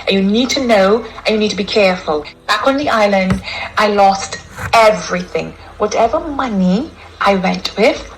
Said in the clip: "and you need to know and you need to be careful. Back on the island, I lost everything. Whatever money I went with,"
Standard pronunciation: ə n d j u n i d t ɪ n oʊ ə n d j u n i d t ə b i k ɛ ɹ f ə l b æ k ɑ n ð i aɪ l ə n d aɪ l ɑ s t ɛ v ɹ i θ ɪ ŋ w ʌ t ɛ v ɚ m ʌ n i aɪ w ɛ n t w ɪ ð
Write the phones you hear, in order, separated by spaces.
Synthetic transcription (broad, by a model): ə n j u n i d t ɪ n oʊ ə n j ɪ n i d t ə b i k ɛ ɹ f ə l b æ k n ð i aɪ l ə n d aɪ l ɑ s t ɛ v ɹ i θ ɪ ŋ w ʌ t ɛ v ɚ m ʌ n i aɪ w ɛ n t w ɪ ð